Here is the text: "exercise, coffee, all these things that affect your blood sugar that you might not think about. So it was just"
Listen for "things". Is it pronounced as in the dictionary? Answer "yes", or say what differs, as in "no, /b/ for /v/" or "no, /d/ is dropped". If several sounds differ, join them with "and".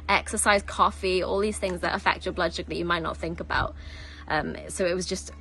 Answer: yes